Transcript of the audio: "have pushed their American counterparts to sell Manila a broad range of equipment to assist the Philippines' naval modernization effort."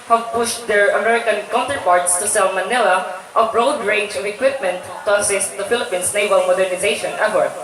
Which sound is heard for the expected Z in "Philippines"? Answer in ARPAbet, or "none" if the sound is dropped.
S